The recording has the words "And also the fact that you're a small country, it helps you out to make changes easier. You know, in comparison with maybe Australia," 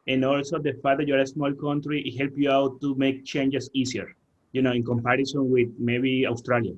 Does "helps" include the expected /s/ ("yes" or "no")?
no